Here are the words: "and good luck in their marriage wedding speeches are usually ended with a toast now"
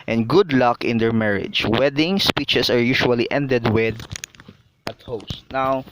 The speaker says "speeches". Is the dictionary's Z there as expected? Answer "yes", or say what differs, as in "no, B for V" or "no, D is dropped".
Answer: no, S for Z